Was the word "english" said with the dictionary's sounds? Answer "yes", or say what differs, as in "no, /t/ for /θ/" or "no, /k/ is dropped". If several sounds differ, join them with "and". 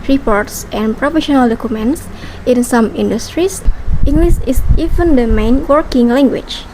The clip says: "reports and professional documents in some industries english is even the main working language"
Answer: no, /s/ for /ʃ/